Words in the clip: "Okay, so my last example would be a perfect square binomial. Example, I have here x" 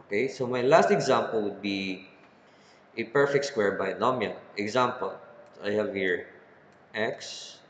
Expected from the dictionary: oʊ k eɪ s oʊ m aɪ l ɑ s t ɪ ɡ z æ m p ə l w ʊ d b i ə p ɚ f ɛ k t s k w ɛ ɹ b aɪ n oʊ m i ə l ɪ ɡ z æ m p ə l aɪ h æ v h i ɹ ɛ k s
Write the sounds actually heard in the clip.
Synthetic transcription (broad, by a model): k eɪ s oʊ m aɪ l ɑ s t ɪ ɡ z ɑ m p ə l w ʊ d b i ə p ɚ f ɛ k t s k w ɛ ɹ b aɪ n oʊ m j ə n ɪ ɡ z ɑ m p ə l aɪ h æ v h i ɹ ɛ k s